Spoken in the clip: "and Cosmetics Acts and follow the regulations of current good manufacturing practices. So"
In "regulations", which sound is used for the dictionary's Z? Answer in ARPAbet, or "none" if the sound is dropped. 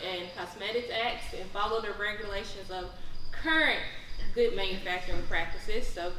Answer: Z